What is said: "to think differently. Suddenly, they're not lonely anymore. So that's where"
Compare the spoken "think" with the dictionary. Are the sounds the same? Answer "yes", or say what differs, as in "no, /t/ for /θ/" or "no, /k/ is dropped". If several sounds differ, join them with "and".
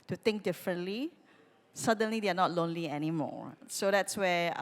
no, /t/ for /θ/